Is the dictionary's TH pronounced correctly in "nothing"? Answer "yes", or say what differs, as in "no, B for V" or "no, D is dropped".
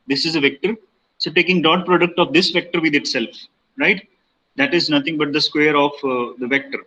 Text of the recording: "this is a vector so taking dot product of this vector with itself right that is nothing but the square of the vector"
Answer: no, T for TH